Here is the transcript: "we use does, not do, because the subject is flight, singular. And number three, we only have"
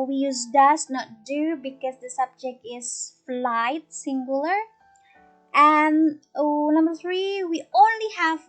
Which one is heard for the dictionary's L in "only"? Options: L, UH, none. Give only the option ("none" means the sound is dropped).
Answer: L